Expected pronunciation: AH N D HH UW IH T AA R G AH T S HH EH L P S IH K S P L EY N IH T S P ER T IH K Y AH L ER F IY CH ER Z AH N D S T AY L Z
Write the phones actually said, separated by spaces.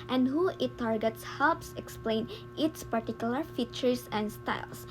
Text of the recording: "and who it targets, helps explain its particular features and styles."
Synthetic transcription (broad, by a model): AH N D HH UW IH T AA R G AH T S HH EH L P S IH K S P L EY N IH T S P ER T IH K Y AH L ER F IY CH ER S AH N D S T AY L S